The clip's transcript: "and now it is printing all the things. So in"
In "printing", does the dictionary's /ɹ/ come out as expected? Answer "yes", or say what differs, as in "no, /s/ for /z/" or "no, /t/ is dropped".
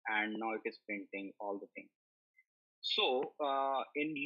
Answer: no, /ɹ/ is dropped